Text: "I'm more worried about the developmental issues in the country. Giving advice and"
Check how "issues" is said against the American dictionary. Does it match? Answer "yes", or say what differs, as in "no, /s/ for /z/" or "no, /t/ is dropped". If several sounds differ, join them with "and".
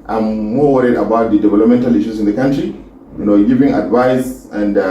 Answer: no, /s/ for /z/